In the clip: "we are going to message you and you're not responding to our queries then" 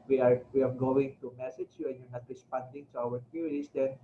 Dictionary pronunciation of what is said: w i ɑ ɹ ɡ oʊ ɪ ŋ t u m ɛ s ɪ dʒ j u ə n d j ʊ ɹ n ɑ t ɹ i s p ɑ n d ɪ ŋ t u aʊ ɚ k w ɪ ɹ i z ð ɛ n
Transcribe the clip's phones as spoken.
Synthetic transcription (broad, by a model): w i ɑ w ɡ oʊ ɪ ŋ t u m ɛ s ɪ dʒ j u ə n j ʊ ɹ n ɑ t ɹ i s p ɑ n d ɪ ŋ t u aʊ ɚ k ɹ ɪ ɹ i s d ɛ n